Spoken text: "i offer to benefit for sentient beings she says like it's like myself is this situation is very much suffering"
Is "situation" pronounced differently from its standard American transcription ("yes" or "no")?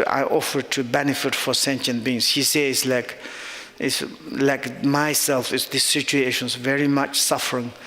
no